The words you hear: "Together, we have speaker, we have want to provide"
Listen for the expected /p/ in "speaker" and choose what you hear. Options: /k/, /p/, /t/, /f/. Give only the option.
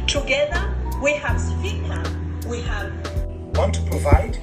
/f/